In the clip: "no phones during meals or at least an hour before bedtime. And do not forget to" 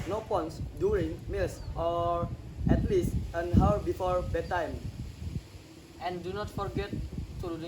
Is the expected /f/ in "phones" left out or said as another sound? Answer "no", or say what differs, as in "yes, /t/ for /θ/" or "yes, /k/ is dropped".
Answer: yes, /p/ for /f/